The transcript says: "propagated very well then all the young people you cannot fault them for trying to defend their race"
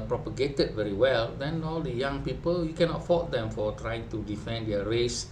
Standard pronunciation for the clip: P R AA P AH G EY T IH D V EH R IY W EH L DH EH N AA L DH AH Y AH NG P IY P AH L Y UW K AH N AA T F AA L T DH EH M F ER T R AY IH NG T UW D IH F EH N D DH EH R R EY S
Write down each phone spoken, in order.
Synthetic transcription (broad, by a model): P R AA P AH G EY T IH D V EH R IY W EH L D EH N AA L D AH Y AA NG P IY P AH L Y UW K AH N AA T F AA T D EH M F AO T R AY IH NG T UW D IH F EH N D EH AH R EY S